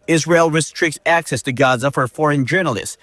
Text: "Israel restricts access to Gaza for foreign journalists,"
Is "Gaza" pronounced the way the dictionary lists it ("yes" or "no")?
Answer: yes